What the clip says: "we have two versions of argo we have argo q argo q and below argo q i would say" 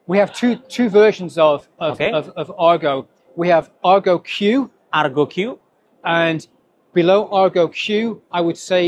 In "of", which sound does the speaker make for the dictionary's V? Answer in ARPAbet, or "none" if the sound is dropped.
V